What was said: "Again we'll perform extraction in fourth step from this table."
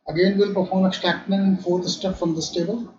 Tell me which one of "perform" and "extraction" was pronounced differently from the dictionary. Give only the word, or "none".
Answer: extraction